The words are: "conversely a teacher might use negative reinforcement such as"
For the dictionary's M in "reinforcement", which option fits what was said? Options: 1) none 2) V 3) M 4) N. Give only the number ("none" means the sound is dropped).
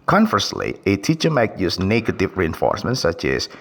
3